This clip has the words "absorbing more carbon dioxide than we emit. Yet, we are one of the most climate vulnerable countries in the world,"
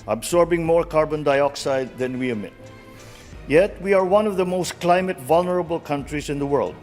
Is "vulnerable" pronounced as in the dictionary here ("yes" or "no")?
yes